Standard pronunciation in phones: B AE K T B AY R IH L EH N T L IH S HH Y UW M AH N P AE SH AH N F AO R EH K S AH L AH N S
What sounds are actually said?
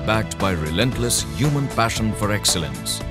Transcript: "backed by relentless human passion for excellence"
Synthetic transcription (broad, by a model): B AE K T B AY R IH L EH N T L IH S HH Y UW M AH N P AE SH AH N F AO R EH K S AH L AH N S